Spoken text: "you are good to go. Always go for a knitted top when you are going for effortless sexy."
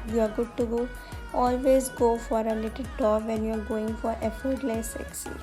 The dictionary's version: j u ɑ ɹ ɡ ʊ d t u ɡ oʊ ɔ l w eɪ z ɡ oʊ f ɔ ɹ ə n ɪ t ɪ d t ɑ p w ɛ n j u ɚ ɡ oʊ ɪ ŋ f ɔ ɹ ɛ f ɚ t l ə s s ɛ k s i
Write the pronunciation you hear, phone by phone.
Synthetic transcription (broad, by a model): j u ɑ ɹ ɡ ʊ d t u ɡ oʊ ɔ l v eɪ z ɡ oʊ f ɔ ɹ ə l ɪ t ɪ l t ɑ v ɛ n j u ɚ ɡ oʊ ɪ ŋ f ɔ ɹ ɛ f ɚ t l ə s s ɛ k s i